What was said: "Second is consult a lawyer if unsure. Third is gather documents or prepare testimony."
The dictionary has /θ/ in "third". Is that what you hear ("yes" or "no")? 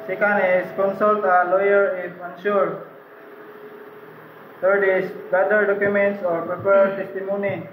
no